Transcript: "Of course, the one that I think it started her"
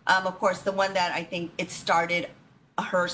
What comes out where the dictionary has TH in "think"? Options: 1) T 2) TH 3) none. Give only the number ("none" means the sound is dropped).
2